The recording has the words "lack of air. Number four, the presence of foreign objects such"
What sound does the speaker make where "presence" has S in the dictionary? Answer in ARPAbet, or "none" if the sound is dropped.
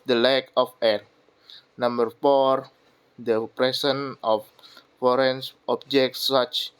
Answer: none